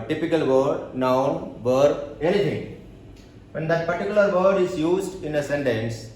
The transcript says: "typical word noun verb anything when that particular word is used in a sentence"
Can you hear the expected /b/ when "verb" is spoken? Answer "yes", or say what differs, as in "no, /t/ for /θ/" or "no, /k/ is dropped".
no, /b/ is dropped